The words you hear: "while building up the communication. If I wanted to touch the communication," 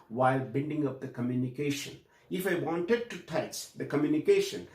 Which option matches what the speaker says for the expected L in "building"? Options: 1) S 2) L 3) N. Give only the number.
3